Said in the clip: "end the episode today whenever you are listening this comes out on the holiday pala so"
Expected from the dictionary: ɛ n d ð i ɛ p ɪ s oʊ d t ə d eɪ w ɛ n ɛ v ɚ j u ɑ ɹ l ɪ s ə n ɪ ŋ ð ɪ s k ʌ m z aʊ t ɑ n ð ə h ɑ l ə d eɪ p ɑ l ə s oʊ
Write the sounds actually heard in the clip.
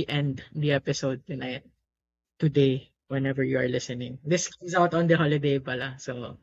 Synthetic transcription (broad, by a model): ɛ n d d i ɛ p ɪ s oʊ d t ə d eɪ w ɛ n ɛ v ɚ j u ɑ ɹ l ɪ s ə n ɪ ŋ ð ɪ s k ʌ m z aʊ t ɑ n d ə h ɑ l ə d eɪ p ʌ l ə s oʊ